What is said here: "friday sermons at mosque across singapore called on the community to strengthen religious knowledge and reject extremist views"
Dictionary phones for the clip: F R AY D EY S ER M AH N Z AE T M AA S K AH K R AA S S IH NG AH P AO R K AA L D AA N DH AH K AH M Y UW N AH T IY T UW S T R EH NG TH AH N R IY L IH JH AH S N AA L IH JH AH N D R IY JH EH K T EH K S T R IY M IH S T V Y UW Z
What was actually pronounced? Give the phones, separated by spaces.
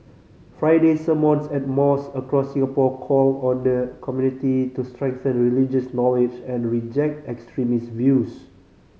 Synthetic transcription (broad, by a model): F R AY D EY S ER M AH N S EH T M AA S AH K R AA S S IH NG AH P AO K AA L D AA N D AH K AH M Y UW N AH T IY T UW S T R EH NG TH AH N R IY L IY JH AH S N AA L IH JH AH N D R IY JH EH K T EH K S T R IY M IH S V Y UW S